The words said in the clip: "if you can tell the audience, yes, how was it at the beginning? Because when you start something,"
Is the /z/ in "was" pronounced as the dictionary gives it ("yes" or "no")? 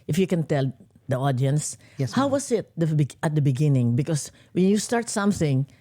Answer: no